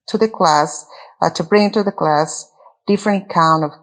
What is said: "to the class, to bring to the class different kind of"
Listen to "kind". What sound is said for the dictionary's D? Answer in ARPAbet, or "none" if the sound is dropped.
none